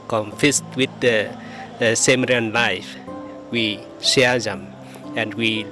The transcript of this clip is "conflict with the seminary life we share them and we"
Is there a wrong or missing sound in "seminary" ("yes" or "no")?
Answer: yes